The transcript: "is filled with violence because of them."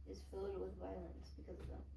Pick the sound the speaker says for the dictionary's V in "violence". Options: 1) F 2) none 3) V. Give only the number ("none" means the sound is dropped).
3